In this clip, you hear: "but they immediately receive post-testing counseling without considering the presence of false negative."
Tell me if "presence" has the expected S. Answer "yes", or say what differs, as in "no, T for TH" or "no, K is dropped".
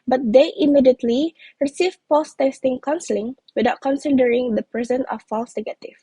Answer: no, S is dropped